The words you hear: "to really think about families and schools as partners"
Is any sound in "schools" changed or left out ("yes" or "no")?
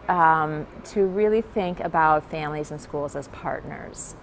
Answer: no